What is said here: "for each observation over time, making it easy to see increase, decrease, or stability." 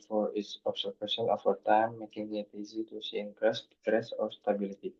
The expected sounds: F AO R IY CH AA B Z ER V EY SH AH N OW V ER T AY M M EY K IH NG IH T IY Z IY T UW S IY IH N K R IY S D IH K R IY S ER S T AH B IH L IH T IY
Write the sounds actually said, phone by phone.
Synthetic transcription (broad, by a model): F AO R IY S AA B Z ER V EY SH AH N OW F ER T AY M M EY K IH NG IH T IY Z IY T UW S IY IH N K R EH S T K R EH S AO S T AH B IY L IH T IY